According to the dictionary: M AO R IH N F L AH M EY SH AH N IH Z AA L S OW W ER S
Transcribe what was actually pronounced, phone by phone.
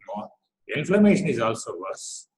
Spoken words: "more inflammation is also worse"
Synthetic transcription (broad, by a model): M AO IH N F AH M EY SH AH N IH Z AA L S OW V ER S